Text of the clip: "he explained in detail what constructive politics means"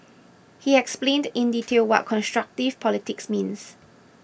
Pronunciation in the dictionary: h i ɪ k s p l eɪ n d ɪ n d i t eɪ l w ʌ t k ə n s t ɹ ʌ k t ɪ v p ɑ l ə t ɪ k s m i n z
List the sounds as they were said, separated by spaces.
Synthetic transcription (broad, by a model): h i ɪ k s p l eɪ n d ɪ n d i t eɪ l w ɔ t k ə n s t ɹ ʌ k t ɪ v p ɑ l ə t ɪ k s m i n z